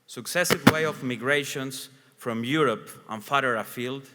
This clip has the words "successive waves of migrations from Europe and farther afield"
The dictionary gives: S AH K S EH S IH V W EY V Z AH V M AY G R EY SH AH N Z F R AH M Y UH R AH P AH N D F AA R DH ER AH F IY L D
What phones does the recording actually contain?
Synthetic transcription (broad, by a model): S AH K S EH S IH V W EY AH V M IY G R EY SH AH N S F R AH M Y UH R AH P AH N F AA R ER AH F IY L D